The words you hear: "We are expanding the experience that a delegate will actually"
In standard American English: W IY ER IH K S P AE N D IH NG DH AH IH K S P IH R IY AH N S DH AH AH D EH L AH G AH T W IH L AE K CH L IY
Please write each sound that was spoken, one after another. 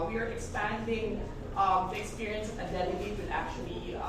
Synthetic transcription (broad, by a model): W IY ER IH K S P AE N D IH NG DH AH IH K S P IH R IY AH N S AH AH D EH N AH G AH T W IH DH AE K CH L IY